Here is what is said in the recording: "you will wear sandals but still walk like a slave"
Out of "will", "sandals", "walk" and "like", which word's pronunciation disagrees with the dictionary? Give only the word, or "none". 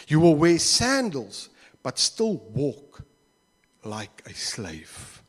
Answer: none